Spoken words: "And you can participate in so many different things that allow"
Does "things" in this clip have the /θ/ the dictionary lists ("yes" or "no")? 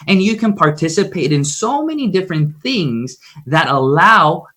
yes